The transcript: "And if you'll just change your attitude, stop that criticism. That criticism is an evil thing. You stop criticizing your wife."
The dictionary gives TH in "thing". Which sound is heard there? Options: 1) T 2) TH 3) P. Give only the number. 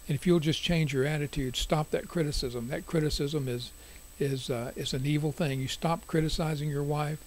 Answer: 2